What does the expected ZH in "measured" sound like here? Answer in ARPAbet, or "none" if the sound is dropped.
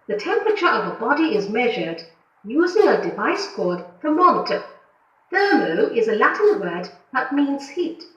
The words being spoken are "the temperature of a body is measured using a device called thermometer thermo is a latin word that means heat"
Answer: ZH